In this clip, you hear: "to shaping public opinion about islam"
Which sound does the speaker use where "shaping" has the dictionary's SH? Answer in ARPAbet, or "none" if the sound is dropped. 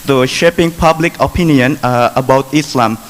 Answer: SH